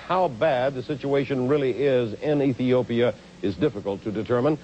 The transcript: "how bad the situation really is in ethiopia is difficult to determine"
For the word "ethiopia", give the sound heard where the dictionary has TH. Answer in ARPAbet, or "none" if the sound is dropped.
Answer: TH